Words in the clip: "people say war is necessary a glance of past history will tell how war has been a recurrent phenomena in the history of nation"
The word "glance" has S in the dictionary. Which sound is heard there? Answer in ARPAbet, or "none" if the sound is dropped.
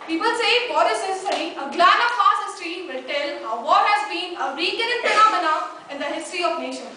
none